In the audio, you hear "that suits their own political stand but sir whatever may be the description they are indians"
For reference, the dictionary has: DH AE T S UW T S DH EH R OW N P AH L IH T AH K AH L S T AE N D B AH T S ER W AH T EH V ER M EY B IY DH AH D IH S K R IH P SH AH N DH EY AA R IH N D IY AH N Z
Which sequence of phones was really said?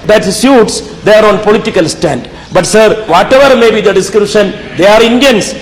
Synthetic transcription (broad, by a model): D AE T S UW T S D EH R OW N P AH L IH T AH K AH L S T AE N D B AH T S ER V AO T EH V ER M EY B IY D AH D IH S K R IH P SH AH N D EY AA R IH N D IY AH N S